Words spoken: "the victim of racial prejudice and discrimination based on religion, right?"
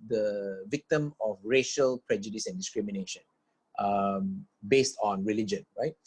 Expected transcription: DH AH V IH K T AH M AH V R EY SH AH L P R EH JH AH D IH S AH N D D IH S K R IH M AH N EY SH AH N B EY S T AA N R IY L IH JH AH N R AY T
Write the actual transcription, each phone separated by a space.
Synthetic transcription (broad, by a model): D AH V IH K T AH M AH F R EY SH AH L P R EH JH AH D IH S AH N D D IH S K R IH M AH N EY SH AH N B EY S T AA N R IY L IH JH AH N R AY T